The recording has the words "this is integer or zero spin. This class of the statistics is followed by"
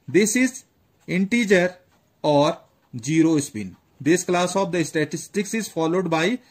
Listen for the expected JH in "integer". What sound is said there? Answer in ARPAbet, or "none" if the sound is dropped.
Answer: JH